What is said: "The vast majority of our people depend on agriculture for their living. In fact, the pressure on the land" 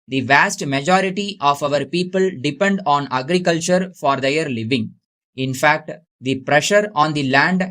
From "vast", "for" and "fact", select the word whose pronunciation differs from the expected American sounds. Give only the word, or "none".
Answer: none